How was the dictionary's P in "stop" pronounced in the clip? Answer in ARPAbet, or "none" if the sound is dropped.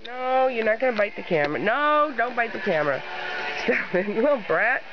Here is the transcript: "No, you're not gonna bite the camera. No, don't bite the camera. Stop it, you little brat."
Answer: F